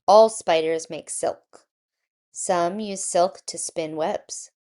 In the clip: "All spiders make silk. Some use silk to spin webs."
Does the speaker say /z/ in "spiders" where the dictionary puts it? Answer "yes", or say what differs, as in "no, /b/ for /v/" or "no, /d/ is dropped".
yes